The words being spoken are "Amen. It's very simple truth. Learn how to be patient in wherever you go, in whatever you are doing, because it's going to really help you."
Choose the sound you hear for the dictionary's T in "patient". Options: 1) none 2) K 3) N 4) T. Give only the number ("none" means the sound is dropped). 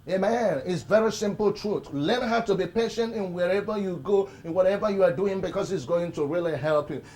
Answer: 4